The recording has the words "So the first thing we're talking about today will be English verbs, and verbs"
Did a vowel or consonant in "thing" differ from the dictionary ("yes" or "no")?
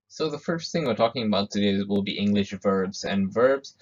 no